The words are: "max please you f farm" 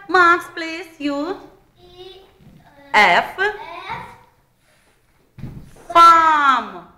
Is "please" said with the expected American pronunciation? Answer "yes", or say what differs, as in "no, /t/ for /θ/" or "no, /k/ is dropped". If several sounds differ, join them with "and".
no, /s/ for /z/